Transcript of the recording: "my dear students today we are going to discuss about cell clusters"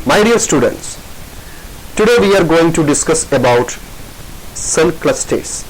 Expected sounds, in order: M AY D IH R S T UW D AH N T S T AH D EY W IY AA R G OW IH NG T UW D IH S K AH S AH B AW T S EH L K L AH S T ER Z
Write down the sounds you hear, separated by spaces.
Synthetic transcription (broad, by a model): M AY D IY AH S T UW D AH N T S T AH D EY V IY AA R G OW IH NG T UW D IH S K AH S AH B AW T S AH N K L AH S T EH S